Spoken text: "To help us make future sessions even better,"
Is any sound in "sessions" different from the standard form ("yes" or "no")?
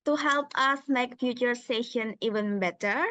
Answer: yes